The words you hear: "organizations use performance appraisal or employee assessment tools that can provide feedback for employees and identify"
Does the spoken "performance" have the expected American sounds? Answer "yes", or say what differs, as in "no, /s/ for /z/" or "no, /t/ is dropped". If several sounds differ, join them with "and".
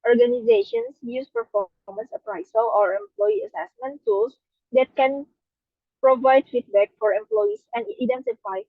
yes